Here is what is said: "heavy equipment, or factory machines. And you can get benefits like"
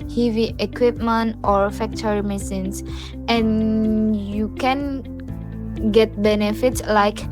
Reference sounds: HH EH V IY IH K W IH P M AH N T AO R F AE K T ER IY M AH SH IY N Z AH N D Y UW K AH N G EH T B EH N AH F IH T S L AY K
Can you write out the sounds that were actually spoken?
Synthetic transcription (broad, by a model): HH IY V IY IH K W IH P M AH N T AO R F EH K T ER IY M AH S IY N S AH N Y UW K AH N G EH T B EH N AH F IH T S L AY K